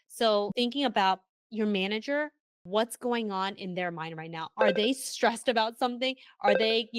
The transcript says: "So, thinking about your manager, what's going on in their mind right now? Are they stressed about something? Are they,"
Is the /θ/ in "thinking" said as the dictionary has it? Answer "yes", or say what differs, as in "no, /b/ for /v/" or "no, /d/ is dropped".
yes